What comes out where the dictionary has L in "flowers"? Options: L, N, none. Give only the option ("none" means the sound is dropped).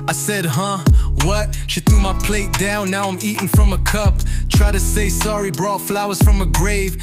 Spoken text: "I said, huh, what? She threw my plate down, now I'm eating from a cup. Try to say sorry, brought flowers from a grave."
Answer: L